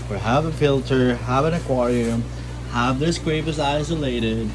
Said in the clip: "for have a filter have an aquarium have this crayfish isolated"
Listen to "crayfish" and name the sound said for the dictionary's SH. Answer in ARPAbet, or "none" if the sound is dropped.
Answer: S